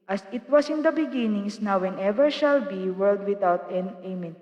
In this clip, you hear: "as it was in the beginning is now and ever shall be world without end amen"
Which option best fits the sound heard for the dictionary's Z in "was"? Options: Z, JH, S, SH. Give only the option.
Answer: S